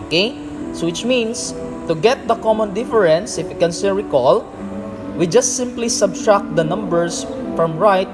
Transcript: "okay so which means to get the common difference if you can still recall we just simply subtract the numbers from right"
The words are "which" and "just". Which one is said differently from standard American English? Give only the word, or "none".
none